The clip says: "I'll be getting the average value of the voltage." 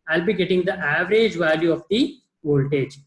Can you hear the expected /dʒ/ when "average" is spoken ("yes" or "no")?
yes